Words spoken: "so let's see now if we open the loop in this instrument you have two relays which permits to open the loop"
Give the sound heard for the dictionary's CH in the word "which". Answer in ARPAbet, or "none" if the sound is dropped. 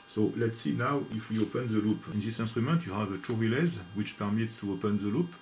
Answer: CH